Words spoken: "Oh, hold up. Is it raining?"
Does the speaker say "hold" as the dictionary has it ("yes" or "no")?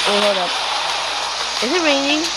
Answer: no